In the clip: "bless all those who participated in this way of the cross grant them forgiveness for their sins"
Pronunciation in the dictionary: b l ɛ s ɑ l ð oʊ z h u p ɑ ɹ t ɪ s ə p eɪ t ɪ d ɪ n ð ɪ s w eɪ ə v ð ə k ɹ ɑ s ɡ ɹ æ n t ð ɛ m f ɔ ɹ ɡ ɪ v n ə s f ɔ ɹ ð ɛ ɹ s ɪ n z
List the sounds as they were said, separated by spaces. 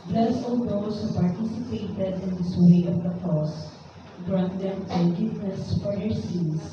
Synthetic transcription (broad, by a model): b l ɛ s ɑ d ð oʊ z h u p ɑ ɹ t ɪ s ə p eɪ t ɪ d ɪ n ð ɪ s w eɪ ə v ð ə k ɑ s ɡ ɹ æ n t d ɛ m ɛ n ɡ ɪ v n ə s f ɔ ɹ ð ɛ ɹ s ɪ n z